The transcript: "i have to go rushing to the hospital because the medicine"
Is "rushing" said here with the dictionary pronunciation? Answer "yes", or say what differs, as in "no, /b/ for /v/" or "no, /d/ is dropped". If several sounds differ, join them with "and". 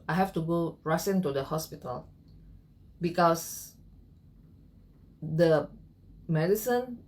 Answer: no, /s/ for /ʃ/